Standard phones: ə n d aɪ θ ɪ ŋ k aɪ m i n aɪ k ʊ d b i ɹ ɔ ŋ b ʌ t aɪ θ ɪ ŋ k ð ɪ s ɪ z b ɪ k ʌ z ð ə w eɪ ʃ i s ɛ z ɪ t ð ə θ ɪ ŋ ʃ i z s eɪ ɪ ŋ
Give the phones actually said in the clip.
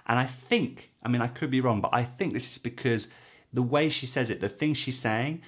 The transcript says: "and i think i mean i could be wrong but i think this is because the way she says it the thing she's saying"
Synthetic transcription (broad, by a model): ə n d aɪ θ ɪ ŋ k aɪ m i n aɪ k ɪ d b i ɹ ɔ ŋ b ʌ t aɪ θ ɪ ŋ k ð ɪ s ɪ z b ɪ k ʌ z ð ə w eɪ ʃ i s ɛ z ɪ t ð ə θ ɪ ŋ ʃ i z s eɪ ɪ ŋ